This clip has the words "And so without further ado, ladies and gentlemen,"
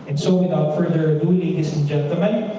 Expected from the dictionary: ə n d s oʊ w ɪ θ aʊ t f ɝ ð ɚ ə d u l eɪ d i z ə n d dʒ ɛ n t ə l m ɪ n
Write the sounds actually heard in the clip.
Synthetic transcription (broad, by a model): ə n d s oʊ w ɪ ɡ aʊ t f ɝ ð ɚ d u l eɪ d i s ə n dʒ ɛ n t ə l m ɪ n